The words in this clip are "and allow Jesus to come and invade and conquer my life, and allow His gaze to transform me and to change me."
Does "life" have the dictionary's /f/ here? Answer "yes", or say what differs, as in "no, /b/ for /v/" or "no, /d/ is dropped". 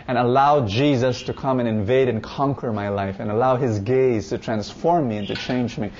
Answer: yes